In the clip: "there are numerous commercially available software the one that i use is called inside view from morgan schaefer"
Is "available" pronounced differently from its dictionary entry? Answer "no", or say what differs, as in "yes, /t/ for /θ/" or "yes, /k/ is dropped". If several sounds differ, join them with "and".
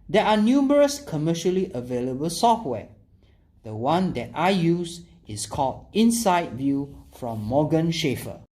no